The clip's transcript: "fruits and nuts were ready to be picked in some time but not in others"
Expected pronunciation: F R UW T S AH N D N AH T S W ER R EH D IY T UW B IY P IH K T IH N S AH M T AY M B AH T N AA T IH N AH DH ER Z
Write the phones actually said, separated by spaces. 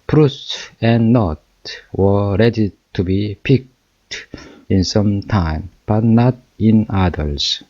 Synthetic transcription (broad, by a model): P R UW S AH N N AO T W ER R EH D IY T UW B IY P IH K T IH N S AH M T AY M B AH T N AA T IH N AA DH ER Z